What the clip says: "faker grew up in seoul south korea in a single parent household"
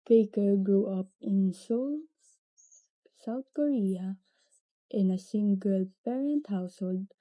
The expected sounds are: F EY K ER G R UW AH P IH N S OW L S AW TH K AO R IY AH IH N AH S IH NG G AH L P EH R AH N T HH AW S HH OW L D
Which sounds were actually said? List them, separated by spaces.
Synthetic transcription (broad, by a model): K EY K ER G R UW AH P IH N S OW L S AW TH K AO R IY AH IH N AH S IH NG G AH L P EH R AH N T HH AW S HH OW L D